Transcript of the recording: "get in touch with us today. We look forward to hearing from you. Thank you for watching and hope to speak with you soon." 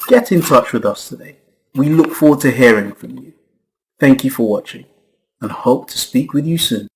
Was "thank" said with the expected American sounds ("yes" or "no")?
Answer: yes